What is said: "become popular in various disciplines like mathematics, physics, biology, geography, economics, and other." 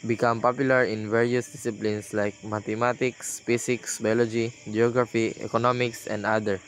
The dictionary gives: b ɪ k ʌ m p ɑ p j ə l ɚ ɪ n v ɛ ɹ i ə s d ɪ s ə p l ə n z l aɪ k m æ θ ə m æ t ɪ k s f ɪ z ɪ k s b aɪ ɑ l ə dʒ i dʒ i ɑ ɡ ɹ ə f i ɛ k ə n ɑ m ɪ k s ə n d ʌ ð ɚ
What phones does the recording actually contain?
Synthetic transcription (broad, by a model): b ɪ k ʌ m p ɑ p j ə l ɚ ɪ n v ɛ ɹ i ə s d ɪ s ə p l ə n s l aɪ k m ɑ t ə m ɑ t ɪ k s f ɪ s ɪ k s b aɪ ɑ l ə dʒ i dʒ i ɑ ɡ ɹ ə f i ɛ k ə n ɑ m ɪ k s ə n d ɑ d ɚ